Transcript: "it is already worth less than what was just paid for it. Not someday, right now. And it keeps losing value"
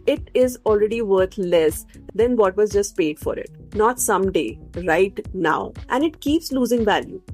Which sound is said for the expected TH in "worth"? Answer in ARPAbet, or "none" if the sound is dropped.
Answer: T